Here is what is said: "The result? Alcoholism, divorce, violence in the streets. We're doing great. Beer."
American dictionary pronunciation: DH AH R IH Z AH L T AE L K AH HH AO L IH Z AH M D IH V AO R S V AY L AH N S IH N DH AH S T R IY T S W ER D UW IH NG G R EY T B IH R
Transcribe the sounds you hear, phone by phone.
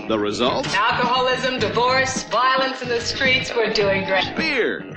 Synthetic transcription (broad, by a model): DH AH R IH Z AH L T AE L K AH HH AO L IH Z AH M D IH V AO R S V AY L AH N S IH N DH AH S T R IY T S W ER D UW IH NG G R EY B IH R